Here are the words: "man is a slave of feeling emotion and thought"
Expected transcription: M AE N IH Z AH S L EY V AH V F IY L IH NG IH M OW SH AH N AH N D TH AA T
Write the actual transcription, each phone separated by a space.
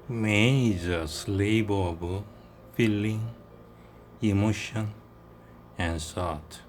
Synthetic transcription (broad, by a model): M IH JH AH S L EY B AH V F IY L IH NG IH M OW SH AH N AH N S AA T